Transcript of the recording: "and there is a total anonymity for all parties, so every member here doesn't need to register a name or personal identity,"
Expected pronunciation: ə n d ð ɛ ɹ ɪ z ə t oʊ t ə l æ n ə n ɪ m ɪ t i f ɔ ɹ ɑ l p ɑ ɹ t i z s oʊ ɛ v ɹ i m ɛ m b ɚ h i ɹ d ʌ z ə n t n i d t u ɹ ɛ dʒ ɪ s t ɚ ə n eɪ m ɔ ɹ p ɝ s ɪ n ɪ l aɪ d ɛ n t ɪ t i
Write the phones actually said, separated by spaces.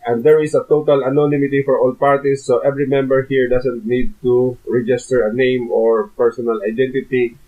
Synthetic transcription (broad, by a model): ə n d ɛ ɹ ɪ s ə t oʊ t ə l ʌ n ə n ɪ m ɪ t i f ɔ ɹ ɑ l p ɑ ɹ t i s oʊ ɛ v ɹ i m ɛ m b ɚ h i ɹ d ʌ s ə n t n i d t u ɹ ɛ dʒ ɪ s t ɚ ə n eɪ m ɔ ɹ p ɝ s ɪ n ɪ l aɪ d ɛ n t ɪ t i